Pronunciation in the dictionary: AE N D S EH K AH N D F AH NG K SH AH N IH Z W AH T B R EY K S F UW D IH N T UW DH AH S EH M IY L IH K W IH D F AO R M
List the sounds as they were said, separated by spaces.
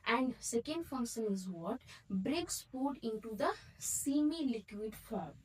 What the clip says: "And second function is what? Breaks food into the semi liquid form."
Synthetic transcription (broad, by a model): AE N D S EH K AH N D F AH NG K SH AH N IH Z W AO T B R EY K S P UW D IH N T UW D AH S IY M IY L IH K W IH D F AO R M